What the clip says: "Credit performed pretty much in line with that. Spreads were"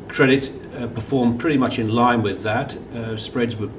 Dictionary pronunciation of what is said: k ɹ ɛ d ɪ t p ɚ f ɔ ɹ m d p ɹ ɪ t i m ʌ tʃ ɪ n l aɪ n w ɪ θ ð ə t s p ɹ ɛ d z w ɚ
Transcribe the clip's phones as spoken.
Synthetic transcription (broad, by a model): k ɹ ɛ d ɪ t p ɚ f ɔ ɹ m p ɹ ɪ t i m ʌ tʃ ɪ n l aɪ n w ɪ ð ə t s p ɹ ɛ d z w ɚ